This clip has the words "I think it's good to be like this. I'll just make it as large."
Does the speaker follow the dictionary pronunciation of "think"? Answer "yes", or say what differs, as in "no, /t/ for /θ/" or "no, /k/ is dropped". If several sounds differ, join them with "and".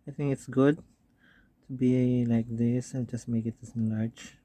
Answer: no, /t/ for /θ/